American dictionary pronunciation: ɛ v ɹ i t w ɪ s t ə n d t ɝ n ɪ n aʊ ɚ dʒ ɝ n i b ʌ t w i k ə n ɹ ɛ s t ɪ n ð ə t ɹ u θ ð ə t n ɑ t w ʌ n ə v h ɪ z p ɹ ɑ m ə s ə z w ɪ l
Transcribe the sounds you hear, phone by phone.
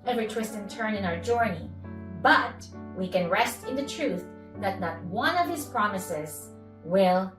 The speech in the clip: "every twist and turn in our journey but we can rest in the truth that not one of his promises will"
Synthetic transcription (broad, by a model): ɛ v ɹ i t w ɪ s t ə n t ɝ n ɪ n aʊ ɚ dʒ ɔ n i b ʌ t w i k ə n ɹ ɛ s t ɪ n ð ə t ɹ u θ ð ə t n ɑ t w ʌ n ə v h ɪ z p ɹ ɑ m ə s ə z w ɪ l